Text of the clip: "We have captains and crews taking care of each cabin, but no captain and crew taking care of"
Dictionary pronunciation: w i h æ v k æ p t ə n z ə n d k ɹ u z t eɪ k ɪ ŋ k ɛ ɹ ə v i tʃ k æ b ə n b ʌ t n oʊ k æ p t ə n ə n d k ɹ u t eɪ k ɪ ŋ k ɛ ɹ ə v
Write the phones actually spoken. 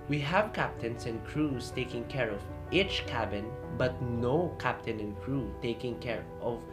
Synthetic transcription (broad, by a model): w i h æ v k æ p t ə n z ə n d k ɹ u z t eɪ k ɪ ŋ k ɛ ɹ ə v i tʃ k æ b ə n b ʌ t n oʊ k æ p t ə n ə n k ɹ u t eɪ k ɪ ŋ k ɛ ɹ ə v